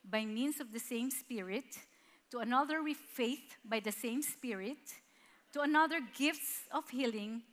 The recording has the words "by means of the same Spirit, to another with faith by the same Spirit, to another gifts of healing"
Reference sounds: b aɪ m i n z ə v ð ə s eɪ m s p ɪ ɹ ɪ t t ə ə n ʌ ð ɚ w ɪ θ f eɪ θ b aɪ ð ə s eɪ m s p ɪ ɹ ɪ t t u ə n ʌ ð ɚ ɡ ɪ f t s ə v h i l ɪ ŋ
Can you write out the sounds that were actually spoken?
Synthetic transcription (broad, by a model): b aɪ m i n s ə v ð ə s eɪ m s p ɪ ɹ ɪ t t ə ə n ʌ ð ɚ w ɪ f eɪ θ b aɪ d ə s eɪ m s p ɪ ɹ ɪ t t u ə n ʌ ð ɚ ɡ ɪ f t s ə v h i l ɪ ŋ